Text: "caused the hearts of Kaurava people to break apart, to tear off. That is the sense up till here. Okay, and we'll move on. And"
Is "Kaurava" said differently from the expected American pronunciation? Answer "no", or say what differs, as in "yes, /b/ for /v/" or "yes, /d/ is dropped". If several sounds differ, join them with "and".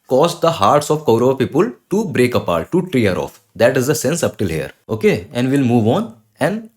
yes, /ɹ/ is dropped